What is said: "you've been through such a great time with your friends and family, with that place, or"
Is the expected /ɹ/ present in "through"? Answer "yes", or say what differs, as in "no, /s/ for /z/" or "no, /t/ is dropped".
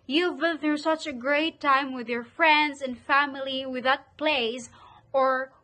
no, /ɹ/ is dropped